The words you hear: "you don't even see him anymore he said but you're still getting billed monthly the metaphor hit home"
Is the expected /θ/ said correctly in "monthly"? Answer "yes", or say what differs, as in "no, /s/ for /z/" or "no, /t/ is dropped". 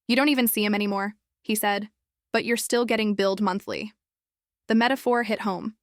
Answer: yes